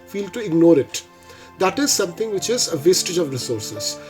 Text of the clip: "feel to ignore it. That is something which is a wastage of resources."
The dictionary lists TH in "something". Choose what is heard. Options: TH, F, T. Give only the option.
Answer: T